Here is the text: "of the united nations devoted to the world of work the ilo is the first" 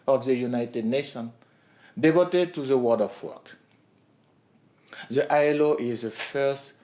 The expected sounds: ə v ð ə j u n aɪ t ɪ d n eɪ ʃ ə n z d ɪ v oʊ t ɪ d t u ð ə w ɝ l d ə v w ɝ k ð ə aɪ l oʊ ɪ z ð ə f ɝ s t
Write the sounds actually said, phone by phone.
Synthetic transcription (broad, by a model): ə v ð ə j u n aɪ t ɪ d n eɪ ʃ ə n d ɪ v oʊ t ɪ d t u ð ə w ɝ d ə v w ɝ k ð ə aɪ l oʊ ɪ z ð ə f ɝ s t